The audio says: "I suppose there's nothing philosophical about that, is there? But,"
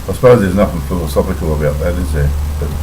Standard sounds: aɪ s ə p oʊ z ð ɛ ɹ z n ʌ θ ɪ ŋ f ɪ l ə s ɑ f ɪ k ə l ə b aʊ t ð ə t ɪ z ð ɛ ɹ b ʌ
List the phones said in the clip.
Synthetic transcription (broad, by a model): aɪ s ə p oʊ z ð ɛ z n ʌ f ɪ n f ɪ l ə s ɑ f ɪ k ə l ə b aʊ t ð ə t ɪ z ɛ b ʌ